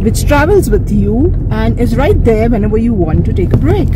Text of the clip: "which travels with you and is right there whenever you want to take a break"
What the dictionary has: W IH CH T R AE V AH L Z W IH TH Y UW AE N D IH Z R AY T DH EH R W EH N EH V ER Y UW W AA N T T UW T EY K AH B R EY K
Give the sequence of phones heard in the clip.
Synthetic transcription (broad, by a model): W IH CH T R AE V AH L Z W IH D Y UW AE N D IH Z R AY T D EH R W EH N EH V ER Y UW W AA N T T UW T EY K AH B R EY K